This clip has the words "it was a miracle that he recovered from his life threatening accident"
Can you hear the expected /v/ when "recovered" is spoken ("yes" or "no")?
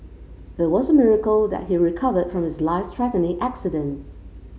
yes